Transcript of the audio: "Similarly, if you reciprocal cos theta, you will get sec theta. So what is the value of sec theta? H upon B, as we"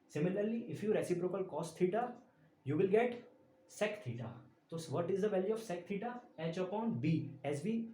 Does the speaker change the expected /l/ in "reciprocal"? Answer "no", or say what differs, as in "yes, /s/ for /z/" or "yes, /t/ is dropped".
no